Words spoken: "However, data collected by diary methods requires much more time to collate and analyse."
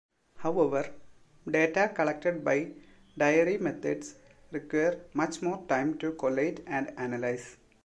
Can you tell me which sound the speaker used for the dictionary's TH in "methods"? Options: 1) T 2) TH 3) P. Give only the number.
1